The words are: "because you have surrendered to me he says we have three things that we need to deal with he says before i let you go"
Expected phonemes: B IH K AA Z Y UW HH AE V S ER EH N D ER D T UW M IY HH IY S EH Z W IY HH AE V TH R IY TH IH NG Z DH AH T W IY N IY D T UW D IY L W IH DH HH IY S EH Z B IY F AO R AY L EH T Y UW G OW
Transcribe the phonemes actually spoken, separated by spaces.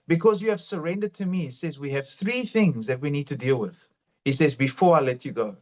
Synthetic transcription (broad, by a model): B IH K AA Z Y UW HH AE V S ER EH N D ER D T UW M IY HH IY S EH Z W IY HH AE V TH R IY TH IH NG Z DH AH T W IY N IY D T UW D IY L W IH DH HH IY S EH Z B IY F AO R AY L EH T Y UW G OW